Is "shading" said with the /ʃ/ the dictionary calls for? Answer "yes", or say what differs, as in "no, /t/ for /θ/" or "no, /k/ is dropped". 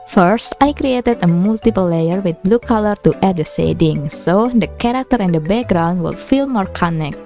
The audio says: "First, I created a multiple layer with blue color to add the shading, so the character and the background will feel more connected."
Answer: no, /s/ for /ʃ/